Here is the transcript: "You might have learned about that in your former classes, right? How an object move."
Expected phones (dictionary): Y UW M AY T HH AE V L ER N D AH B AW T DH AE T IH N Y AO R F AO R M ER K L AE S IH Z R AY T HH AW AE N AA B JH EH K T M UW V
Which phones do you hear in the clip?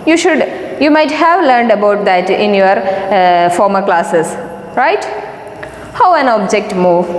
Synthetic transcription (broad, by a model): Y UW M AY T HH AE V L ER N D AH B AW T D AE T IH N Y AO R F AO R M ER K L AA S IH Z R AY T HH AW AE N AA B JH EH K T M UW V